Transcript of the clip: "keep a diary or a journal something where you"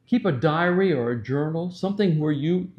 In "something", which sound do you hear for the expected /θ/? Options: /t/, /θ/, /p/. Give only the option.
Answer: /θ/